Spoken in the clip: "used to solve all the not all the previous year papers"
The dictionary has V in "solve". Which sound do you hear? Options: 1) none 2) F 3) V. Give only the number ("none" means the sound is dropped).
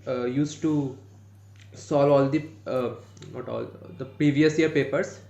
1